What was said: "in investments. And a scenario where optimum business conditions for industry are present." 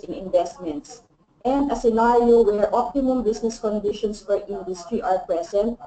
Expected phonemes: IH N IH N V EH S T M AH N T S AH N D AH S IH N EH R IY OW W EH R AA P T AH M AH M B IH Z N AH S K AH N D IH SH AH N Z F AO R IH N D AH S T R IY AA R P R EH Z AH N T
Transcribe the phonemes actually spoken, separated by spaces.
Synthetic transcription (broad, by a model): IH N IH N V EH S T M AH N T S AH N D AH S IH N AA R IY OW W EH R AA P T AH M AH M B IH S N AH S K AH N D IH SH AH N S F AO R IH N D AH S T R IY AA R P R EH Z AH N T